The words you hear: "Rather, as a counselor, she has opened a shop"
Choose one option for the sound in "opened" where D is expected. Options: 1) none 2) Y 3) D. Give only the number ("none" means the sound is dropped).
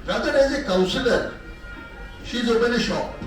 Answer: 1